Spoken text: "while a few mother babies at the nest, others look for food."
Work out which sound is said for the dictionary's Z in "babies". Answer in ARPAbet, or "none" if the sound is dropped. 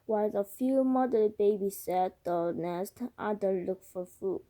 S